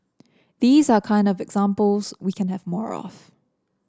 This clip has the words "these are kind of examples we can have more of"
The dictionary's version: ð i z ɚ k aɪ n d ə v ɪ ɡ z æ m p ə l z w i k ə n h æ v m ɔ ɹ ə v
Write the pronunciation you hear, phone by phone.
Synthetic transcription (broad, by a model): ð i z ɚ k aɪ n d ə v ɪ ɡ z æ m p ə l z w i k ə n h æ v m ɔ ɹ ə f